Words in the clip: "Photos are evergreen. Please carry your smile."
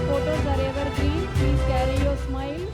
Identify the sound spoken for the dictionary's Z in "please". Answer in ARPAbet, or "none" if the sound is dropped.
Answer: none